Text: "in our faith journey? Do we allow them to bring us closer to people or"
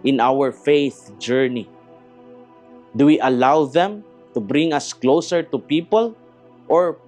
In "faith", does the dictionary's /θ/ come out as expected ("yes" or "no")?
yes